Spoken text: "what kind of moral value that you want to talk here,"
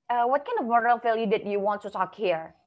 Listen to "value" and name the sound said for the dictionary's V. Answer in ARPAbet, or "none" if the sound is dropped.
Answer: F